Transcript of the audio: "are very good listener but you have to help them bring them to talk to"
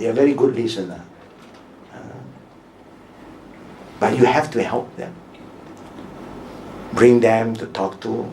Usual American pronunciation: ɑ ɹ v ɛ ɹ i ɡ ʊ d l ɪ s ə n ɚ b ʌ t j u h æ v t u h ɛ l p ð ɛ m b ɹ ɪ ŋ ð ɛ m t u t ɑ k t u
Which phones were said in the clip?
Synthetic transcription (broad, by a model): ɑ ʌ v ɛ ɹ i ɡ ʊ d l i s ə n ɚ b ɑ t j u h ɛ f t u h ɛ l p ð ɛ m b ɹ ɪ ŋ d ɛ m t u t ɑ k t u